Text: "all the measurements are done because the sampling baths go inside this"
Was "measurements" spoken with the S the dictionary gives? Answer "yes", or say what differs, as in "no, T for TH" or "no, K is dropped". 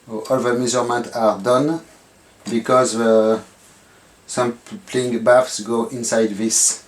no, S is dropped